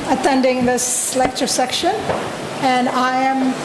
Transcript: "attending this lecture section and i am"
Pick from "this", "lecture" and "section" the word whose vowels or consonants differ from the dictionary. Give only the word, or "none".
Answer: none